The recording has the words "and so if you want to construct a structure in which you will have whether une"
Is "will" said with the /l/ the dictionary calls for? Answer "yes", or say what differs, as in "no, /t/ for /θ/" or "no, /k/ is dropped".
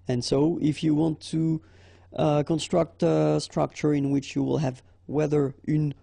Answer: yes